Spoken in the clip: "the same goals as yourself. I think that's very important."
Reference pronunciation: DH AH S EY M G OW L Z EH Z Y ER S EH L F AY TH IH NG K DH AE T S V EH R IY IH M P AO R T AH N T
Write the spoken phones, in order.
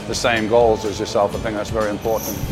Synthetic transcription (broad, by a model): DH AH S EY M G OW L Z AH Z Y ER S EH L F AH TH IH NG DH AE T S V EH R IY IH M P AO R T N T